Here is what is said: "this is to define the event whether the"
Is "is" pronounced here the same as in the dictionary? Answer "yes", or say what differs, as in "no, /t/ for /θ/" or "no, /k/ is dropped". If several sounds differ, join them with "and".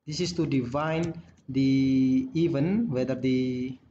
no, /s/ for /z/